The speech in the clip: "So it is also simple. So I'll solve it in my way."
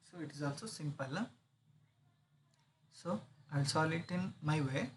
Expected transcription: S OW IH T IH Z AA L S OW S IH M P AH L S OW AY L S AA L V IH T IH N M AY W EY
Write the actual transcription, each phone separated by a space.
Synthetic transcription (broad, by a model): S OW IH T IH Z AA L S OW S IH M P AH L S OW AY L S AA L IH T IH N M AY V EY